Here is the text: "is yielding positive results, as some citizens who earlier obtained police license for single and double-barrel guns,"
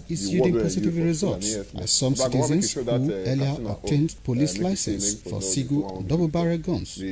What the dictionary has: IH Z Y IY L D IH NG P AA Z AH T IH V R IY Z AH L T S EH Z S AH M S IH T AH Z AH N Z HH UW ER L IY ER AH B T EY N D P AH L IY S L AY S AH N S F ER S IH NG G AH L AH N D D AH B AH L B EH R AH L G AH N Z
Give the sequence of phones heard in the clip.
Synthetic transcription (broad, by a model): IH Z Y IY D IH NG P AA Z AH T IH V R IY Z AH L T S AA S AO M S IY T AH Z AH N S HH UW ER L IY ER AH T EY N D P AH L IY S L AY S AH N S F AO S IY G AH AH N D D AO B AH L B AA R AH G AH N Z